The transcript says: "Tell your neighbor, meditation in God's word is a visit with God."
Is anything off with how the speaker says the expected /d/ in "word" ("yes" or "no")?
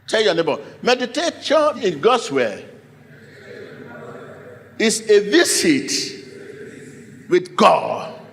yes